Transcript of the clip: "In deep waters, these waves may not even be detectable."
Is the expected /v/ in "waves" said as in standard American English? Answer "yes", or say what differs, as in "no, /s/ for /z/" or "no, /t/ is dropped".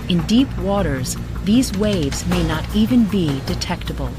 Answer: yes